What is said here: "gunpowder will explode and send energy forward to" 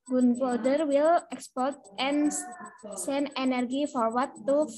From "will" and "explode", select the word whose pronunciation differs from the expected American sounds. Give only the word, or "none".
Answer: explode